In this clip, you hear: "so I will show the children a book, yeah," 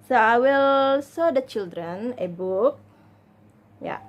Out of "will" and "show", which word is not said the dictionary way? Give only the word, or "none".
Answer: show